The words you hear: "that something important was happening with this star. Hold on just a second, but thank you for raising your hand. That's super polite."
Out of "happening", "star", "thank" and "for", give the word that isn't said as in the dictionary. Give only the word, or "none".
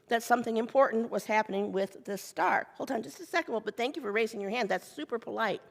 none